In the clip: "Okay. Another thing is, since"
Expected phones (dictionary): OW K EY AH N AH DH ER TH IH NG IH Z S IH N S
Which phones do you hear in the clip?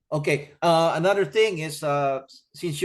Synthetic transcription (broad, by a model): OW K EY AH N AH DH ER TH IH NG IH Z S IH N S